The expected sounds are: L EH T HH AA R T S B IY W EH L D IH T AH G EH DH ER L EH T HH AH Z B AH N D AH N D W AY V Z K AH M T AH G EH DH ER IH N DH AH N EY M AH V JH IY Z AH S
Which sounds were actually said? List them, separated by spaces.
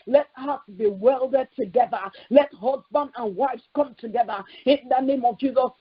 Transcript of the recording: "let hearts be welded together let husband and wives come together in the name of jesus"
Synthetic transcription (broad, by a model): L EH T HH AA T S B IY W EH L D IH T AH G EH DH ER L EH T HH AH Z B AH N D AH N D W AY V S K AH M T AH G EH DH ER IH N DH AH N EY M AH V JH IY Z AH S